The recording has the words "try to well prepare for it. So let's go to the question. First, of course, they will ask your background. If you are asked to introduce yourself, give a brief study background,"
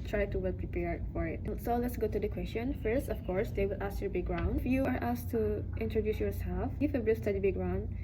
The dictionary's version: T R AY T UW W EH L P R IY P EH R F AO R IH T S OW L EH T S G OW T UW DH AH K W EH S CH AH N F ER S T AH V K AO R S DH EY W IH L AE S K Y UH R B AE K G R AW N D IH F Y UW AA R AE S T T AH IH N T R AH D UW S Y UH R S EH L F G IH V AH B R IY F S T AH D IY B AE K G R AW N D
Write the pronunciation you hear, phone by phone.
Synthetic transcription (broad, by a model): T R AY T UW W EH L P R IY P EH R F AO R IH T S OW L EH T S G OW T UW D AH K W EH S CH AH N F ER S T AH F K AO R S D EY W IH L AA S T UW B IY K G R AW N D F Y UW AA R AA S T T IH N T R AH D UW S Y UH R S EH L F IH F AH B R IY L S T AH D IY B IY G R AW N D